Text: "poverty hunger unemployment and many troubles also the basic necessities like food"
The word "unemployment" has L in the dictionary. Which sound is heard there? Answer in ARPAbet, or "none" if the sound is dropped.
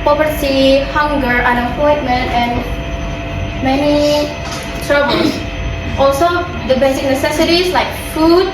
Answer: none